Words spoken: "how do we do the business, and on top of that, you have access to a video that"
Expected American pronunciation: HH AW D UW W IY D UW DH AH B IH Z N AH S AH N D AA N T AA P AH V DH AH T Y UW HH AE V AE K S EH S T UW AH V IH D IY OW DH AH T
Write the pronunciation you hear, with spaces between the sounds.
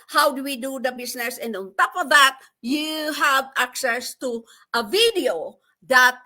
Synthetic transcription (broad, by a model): HH AW D UW W IY D UW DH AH B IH S N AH S AH N D AA N T AA P AH V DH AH T Y UW HH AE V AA K S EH S T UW AH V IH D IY OW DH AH T